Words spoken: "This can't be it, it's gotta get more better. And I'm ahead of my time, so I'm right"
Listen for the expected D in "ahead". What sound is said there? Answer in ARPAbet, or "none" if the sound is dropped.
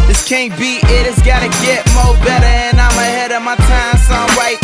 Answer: D